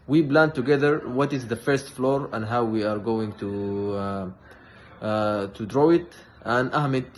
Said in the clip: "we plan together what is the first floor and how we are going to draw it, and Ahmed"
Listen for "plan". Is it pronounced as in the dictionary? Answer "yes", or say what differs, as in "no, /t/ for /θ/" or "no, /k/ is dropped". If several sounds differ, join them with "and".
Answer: no, /b/ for /p/